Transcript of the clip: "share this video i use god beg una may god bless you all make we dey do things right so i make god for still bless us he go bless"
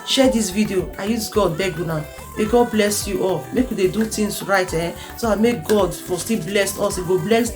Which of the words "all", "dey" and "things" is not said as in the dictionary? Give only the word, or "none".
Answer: things